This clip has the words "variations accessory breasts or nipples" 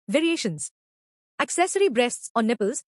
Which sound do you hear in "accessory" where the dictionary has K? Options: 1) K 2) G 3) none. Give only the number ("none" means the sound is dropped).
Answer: 1